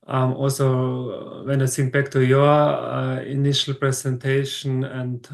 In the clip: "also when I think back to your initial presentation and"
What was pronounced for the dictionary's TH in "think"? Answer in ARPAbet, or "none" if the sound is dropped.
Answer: S